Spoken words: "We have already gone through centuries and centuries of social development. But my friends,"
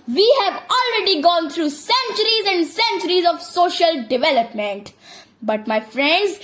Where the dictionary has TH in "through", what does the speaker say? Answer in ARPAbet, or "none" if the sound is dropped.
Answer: T